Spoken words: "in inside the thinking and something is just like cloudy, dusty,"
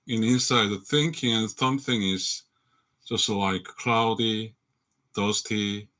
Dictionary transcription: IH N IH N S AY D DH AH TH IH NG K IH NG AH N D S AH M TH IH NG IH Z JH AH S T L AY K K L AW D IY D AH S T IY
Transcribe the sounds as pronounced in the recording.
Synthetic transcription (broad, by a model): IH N IH N S AY D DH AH TH IH NG K IH NG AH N S AH M TH IH NG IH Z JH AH S T L AY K K L AW D IY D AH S T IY